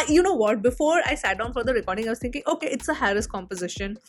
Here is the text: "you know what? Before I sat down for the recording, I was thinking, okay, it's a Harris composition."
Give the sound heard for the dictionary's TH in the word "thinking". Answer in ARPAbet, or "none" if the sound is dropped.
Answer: T